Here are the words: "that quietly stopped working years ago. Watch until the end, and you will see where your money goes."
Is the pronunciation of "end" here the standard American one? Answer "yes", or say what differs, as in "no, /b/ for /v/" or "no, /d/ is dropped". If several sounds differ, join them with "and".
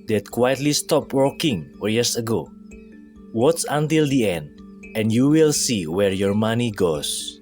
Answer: yes